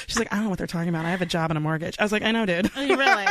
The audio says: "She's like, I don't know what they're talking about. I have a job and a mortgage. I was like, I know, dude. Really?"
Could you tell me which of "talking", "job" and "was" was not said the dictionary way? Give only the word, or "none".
none